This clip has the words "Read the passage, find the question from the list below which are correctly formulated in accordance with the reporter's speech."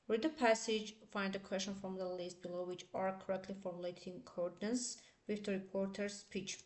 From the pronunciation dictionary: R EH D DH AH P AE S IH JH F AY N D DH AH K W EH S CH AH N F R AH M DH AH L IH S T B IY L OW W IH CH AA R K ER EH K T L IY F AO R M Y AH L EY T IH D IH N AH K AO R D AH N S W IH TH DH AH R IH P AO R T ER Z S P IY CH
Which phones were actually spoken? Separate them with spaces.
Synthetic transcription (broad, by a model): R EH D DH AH P AE S IH JH F AY N D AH K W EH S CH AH N F R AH M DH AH L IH S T B IY L OW W IH CH AA R K ER EH K T L IY F AO R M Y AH L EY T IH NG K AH AO R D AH N S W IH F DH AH R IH P AO R T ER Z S P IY CH